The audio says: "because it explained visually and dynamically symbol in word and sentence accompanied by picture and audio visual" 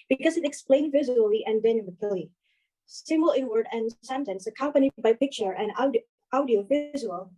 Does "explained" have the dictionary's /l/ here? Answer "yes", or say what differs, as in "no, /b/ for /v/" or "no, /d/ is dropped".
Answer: yes